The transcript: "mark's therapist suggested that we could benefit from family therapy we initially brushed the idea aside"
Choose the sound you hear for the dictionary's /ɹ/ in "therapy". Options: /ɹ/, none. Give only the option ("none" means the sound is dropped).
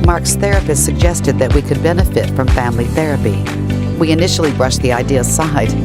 /ɹ/